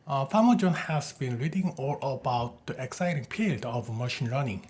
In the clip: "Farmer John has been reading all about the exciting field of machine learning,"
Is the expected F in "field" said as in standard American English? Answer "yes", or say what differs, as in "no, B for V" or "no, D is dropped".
no, P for F